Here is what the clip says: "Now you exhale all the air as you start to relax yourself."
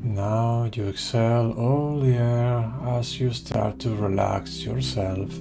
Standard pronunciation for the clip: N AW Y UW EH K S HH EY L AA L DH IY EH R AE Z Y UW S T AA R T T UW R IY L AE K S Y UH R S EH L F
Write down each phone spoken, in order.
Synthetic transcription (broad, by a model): N AW Y UW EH K S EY L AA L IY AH R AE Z Y UW S T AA R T T UW R IY L AE K S Y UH R S EH L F